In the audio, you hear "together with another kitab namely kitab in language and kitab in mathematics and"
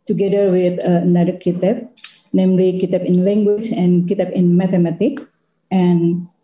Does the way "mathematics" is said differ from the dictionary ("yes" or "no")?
yes